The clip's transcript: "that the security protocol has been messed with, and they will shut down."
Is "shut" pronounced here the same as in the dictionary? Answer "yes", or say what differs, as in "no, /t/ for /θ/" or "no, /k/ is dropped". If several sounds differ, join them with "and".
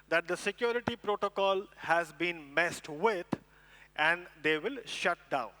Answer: yes